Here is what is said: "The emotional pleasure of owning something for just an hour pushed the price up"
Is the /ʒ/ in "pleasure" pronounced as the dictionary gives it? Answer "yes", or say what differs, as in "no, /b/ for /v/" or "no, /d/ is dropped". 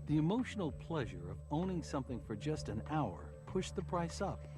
yes